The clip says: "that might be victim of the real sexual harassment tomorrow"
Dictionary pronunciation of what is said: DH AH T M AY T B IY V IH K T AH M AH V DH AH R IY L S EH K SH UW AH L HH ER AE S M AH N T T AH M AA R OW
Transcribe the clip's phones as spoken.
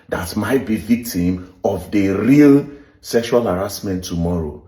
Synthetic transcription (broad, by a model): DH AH T M AY T B IY V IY K T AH M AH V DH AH R IY L S EH K SH UW AH L HH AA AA S M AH N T T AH M AA R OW